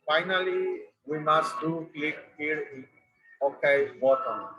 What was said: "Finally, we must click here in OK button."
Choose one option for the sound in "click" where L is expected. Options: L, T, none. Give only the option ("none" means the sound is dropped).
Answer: L